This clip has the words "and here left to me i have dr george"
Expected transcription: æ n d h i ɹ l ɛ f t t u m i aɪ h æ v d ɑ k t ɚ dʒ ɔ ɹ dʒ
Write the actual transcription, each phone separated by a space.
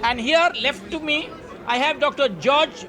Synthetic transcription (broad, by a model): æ n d h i ɹ l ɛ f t t u m i aɪ h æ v d ɑ k t ɚ dʒ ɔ ɹ dʒ